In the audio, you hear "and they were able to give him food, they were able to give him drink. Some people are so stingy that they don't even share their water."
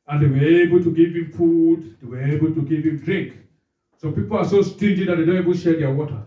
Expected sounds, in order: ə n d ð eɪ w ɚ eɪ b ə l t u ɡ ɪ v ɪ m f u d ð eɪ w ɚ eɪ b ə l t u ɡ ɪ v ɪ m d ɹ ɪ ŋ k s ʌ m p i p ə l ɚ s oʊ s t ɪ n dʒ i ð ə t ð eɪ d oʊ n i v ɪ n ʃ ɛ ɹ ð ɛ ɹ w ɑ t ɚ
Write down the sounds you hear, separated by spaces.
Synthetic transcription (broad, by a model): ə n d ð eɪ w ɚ eɪ b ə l t u ɡ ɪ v ɪ m f u d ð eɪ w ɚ eɪ b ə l t u ɡ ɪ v ɪ m d ɹ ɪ ŋ k s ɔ p i p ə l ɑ s oʊ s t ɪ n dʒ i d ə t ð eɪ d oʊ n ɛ b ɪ l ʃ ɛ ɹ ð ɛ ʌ w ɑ t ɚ